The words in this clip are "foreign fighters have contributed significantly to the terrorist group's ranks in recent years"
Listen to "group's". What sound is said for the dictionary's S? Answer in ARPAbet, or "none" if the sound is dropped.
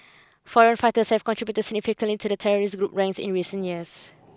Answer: none